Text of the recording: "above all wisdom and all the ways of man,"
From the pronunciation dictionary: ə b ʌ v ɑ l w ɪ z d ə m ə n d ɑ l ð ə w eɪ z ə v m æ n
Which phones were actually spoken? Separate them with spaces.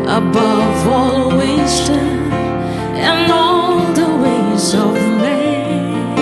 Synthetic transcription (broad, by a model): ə b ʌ v ɑ l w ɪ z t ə ə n ɑ l ð ə w eɪ z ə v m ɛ